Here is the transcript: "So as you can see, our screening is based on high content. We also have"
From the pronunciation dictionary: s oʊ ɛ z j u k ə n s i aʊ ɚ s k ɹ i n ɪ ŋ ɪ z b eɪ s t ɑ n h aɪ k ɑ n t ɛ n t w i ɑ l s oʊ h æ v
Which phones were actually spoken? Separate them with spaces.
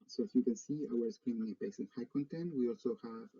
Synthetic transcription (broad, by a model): s oʊ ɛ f j u k ə n s i aʊ ɚ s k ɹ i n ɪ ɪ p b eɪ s ɪ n h aɪ k ɑ n t ɛ n t w i ɑ l s oʊ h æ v